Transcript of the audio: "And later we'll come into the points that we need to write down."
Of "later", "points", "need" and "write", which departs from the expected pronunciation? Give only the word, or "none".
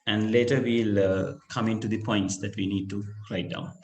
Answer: none